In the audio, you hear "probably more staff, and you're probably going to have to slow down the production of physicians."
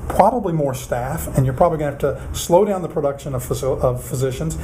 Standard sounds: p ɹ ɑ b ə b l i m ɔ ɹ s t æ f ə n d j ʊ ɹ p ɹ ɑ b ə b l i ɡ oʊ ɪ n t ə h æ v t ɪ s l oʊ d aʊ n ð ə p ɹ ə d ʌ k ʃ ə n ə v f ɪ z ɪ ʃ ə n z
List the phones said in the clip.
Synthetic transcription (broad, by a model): p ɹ ɑ b ə b l i m ɔ ɹ s t æ f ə n j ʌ ɹ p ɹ ɑ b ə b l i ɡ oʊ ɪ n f t ɪ s l oʊ d aʊ n ð ə p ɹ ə d ʌ k ʃ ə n ə v f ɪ z ɪ ʃ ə n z